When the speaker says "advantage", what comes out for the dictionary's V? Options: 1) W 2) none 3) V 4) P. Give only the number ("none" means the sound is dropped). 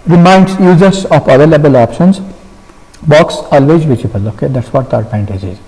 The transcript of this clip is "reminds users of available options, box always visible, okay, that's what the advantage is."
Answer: 4